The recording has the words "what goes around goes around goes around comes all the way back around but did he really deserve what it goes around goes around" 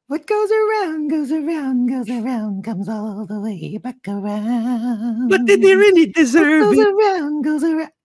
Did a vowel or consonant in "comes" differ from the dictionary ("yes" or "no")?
no